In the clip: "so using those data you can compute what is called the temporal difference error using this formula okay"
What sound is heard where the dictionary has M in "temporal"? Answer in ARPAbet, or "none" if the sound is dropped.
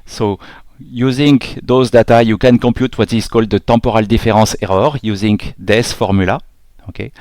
none